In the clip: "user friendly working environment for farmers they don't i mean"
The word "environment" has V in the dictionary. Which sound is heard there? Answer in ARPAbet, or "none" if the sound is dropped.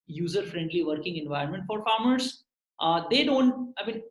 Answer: V